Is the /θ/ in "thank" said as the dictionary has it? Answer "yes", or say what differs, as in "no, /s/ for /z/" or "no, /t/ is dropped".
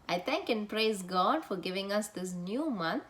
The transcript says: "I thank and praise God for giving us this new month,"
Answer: no, /t/ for /θ/